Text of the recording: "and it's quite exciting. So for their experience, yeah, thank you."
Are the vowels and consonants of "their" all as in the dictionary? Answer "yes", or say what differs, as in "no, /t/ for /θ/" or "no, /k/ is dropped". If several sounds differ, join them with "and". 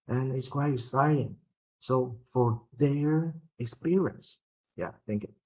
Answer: yes